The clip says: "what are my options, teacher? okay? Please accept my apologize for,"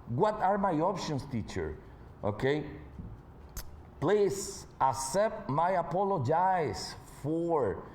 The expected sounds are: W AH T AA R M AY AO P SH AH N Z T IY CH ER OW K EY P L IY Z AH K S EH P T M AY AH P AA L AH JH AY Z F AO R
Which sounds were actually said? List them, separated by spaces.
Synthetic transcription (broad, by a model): W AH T AA R M AY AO P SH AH N S T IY CH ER OW K EY P L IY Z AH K S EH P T M AY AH P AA L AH JH AY S F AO R